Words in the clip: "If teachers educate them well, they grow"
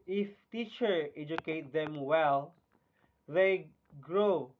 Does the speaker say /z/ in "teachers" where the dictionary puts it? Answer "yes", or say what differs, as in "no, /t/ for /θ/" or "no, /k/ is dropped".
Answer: no, /z/ is dropped